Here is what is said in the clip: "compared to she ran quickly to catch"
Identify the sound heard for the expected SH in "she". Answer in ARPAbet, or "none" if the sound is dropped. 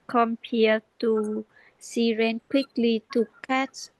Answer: S